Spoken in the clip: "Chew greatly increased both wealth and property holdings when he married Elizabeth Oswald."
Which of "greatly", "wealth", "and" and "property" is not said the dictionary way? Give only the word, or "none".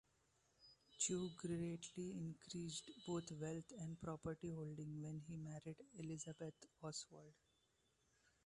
wealth